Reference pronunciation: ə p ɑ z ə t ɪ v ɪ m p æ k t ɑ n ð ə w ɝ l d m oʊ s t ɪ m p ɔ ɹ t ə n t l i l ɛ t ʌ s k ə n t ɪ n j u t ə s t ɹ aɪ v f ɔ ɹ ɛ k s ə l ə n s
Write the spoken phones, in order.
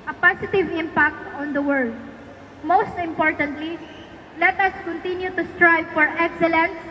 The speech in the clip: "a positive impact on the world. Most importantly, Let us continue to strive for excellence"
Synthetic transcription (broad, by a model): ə p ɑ s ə t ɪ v ɪ m p æ k t ɑ n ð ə w ɝ l d m oʊ s t ɪ m p ɔ ɹ t ə n t l i l ɛ t ʌ s k ə n t ɪ n j u t ə s t ɹ aɪ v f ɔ ɹ ɛ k s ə l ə n s